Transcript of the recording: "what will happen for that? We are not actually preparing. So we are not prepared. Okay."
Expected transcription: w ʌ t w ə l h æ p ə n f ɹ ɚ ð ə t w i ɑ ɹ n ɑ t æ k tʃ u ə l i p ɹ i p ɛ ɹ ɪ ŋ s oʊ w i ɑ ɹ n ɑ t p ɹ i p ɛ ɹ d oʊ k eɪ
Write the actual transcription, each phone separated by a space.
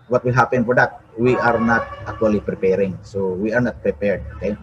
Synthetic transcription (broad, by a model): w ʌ t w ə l h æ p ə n p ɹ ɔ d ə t w i ɑ ɹ n ɑ t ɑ k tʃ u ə l i p ɹ i p ɛ ɹ ɪ ŋ s oʊ w i ɑ ɹ n ɑ t p ɹ i p ɛ ɹ d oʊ k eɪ